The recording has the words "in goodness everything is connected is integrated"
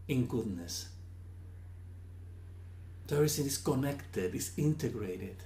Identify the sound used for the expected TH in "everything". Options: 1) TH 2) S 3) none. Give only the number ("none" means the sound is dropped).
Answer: 2